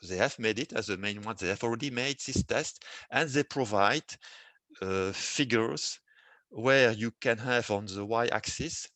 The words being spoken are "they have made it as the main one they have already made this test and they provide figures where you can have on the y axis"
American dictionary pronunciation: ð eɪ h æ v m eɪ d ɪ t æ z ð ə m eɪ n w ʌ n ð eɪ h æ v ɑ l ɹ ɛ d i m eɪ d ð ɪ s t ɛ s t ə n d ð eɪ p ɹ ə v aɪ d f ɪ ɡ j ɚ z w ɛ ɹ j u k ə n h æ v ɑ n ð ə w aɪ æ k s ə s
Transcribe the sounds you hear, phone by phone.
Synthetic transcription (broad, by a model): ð eɪ h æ v m eɪ d ɪ t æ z ð ə m eɪ n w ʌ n ð eɪ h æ v ɑ l ɹ ɛ d i m eɪ d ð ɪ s t ɛ s t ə n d ð eɪ p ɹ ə v aɪ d f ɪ ɡ j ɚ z w ɛ ɹ j u k ə n h æ v ɑ n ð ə w aɪ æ k s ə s